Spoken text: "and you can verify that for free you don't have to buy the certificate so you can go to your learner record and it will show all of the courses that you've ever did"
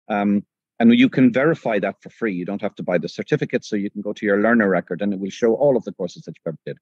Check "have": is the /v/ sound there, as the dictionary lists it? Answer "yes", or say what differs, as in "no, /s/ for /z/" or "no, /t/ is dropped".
no, /f/ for /v/